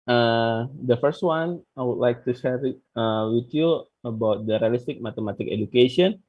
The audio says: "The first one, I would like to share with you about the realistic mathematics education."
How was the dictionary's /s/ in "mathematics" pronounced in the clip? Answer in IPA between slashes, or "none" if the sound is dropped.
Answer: none